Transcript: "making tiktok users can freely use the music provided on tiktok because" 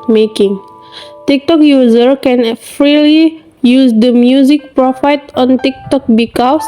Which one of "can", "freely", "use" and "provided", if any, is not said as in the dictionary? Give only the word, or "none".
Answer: provided